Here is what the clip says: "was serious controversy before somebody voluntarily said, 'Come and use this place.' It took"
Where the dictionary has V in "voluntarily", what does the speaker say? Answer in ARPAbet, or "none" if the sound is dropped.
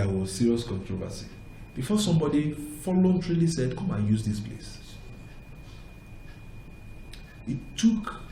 F